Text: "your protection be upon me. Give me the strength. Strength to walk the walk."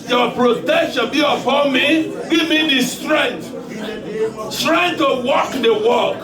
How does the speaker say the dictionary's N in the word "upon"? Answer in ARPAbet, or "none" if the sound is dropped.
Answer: L